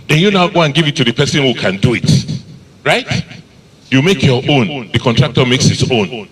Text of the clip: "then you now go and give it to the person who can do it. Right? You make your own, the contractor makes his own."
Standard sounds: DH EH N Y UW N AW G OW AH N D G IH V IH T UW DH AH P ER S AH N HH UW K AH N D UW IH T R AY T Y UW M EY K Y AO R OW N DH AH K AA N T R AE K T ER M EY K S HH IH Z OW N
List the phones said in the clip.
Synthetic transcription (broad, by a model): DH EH N Y UW N AW G OW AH N G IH V IH T UW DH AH P ER S AH N HH UW K AH N D UW IH T R AY T Y UW M EY K Y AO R OW N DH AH K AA N T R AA K T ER M EY K S HH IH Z OW N